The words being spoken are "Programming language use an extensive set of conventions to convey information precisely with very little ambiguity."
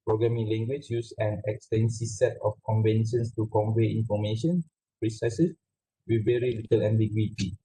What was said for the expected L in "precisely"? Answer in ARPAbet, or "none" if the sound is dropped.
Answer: none